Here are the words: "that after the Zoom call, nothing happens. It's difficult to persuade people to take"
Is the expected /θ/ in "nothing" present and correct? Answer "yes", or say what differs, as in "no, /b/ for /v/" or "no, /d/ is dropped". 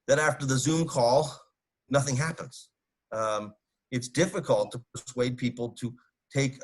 yes